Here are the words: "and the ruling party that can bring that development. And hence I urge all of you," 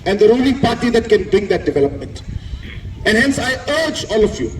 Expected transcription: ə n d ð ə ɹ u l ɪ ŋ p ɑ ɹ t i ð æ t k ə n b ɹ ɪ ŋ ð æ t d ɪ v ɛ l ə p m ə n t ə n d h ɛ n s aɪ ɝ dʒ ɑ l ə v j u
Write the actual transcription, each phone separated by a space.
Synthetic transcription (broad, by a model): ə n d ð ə ɹ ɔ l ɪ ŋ p ɑ ɹ t i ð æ t k ə n b ɹ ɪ ŋ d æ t d ɪ v ɛ l ə p m ə n t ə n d h ɛ n s aɪ ɝ dʒ ɑ l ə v j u